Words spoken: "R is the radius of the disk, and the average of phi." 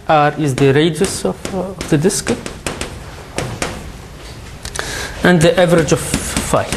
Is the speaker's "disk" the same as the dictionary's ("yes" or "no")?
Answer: yes